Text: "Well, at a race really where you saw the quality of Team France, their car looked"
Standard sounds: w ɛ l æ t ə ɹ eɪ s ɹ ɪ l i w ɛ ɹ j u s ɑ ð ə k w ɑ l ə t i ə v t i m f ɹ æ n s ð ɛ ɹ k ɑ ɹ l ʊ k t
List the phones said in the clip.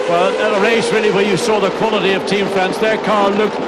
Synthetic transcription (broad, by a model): w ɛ l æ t ə ɹ eɪ s ɹ ɪ l i w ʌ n j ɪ s ɑ ð ə k w ɑ l ə t i ə v t i m f æ n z ð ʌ ɹ k ɑ ɹ l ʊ k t